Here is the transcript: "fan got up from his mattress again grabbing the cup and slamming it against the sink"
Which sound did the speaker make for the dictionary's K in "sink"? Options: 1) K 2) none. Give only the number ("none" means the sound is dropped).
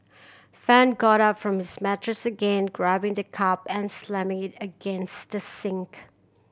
1